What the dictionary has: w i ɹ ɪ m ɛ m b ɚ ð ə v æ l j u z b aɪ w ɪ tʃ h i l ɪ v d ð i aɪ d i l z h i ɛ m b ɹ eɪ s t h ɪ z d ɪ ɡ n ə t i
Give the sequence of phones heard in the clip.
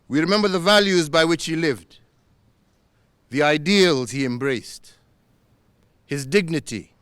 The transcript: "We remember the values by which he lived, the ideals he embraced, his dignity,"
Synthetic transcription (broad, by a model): w i ɹ ɪ m ɛ m b ɚ ð ə v æ l j u z b aɪ w ɪ tʃ h i l ɪ v d ð i aɪ d i l z h i ɛ m b ɹ eɪ s t h ɪ z d ɪ ɡ n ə t i